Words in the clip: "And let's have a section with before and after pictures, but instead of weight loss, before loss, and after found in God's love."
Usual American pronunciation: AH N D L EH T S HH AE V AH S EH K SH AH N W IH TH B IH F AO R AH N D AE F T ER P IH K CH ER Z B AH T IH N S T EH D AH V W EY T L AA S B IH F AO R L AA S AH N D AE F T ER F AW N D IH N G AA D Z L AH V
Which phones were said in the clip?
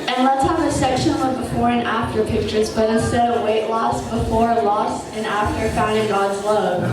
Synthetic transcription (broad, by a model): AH N L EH T S HH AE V AH S EH K SH AH N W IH B IH F AO R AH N AE F T ER P IH K CH ER Z B AH T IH S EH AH W EY T L AA S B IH F AO R L AA S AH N AE F T ER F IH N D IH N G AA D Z L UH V